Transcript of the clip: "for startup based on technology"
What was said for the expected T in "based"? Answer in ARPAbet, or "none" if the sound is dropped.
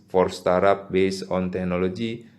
none